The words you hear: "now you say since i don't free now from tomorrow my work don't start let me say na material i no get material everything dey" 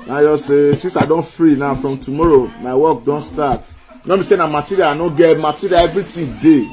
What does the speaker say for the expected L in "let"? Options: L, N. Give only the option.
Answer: N